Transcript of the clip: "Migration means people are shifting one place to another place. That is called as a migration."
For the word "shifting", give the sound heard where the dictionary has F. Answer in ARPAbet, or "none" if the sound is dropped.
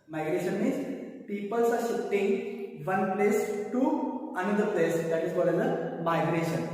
none